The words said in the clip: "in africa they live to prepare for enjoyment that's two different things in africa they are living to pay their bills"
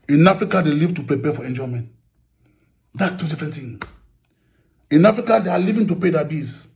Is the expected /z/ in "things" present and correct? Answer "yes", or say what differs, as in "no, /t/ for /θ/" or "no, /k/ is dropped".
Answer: no, /z/ is dropped